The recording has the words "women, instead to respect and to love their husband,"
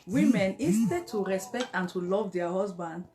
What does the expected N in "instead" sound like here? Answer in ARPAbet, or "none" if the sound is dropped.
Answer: none